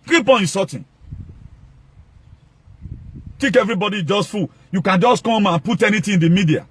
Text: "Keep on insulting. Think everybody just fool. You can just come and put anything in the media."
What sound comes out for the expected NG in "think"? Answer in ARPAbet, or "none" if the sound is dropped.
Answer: none